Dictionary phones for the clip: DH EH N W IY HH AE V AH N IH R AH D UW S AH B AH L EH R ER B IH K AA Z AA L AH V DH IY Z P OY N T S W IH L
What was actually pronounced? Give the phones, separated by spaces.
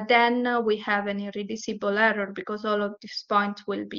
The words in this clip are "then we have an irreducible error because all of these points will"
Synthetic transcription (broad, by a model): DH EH N W IY HH AE V AH N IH R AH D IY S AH B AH L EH R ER B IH K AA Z AA L AH V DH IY S P OY N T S W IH L